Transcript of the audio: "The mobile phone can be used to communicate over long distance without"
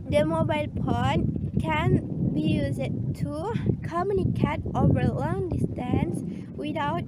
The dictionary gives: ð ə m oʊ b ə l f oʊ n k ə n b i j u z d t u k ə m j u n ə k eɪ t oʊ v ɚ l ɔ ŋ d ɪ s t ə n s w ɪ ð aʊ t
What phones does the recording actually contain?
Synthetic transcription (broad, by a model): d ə m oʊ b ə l p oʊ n k ə n b i j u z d t u k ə m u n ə k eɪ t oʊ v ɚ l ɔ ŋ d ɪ s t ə n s w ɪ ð aʊ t